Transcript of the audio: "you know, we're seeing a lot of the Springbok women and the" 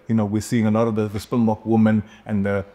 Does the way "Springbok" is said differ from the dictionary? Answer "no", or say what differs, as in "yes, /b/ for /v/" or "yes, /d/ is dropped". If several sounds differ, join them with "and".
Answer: yes, /ɹ/ is dropped